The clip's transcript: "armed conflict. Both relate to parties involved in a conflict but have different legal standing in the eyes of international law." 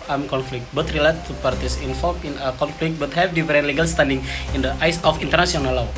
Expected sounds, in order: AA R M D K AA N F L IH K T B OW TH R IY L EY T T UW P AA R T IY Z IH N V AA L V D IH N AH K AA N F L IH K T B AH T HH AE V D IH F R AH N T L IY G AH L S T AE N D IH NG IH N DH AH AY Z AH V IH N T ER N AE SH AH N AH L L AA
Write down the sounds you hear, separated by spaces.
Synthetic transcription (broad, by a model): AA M K AA N F L IH K T B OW T R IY L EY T T UW P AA R T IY S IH N F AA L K IH N AH K AA N F L IH K T B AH T HH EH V D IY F R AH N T L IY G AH L S T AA N D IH NG IH N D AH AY S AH F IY N T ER N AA S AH N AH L L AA